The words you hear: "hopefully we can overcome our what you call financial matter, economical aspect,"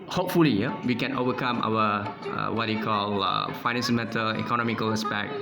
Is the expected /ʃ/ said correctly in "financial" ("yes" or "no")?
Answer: no